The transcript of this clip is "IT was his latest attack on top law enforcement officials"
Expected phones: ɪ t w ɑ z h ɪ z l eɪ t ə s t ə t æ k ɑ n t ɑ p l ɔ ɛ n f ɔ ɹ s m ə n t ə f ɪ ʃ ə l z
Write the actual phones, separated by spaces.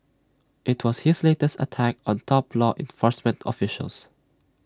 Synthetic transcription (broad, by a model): ɪ t w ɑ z h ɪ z l eɪ t ə s t ə t æ k ɑ n t ɑ p l ɔ ɛ n f ɔ ɹ s m ə n t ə f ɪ ʃ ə l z